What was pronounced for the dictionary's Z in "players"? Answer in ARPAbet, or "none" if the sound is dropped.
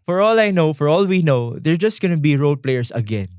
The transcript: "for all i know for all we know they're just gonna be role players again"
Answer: S